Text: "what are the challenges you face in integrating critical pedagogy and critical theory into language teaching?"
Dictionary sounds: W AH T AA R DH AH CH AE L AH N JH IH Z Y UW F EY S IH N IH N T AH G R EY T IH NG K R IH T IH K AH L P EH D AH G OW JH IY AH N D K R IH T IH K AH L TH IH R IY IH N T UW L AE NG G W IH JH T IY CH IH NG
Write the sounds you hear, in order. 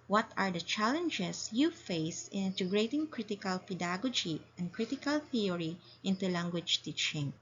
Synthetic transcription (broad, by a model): W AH T AA R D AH CH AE L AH N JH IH S Y UW F EY S IH N IH N T AH G R EY T IH NG K R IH T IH K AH L P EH D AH G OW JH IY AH N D K R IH T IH K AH L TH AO R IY IH N T UW L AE NG G W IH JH T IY CH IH NG